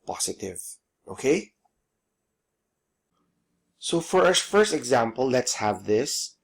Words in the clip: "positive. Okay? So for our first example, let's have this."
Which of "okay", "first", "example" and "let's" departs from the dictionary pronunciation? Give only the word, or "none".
none